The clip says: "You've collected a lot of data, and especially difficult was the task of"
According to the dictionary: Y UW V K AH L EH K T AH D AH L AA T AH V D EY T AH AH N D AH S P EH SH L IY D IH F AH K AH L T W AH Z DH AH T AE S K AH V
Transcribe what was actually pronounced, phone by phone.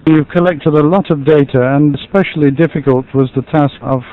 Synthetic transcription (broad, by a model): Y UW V K AH L EH K T AH D AH L AA T AH V D EY T AH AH N AH S P EH SH L IY D IH F AH K AH L T W AH Z DH AH T AE S K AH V